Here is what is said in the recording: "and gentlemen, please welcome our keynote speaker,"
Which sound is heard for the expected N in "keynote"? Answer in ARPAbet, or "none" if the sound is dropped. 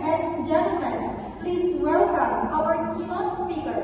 none